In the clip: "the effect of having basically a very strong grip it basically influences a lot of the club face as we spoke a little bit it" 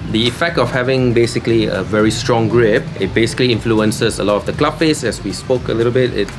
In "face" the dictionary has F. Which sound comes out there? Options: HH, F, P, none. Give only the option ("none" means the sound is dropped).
P